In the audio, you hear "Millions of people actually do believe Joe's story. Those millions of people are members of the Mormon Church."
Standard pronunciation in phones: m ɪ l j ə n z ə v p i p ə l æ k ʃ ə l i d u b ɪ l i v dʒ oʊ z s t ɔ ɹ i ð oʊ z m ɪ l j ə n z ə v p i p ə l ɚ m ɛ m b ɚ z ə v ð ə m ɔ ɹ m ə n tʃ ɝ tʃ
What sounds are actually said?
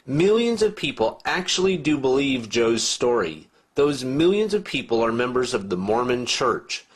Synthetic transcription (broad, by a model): m ɪ l j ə n z ə v p i p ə l æ k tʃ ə l i d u b ɪ l i v dʒ oʊ z s t ɔ ɹ i ð oʊ z m ɪ l j ə n z ə v p i p l ɚ m ɛ m b ɚ z ə v ð ə m ɔ ɹ m ə n tʃ ɝ tʃ